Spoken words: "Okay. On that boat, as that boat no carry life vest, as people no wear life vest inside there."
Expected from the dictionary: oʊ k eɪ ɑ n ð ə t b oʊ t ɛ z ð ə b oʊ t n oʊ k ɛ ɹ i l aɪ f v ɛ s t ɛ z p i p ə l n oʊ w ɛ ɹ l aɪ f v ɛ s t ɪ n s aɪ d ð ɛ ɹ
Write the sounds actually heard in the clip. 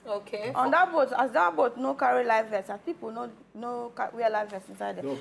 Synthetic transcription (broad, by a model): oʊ k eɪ ɑ n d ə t b oʊ t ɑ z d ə b oʊ t n oʊ k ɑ ɹ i l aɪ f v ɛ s ɑ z p i p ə n n oʊ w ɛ l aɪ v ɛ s ɪ n s aɪ d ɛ